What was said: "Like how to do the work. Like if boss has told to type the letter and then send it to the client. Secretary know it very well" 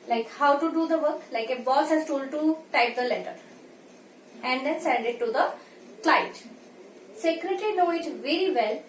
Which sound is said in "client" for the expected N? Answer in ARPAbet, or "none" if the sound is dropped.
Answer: none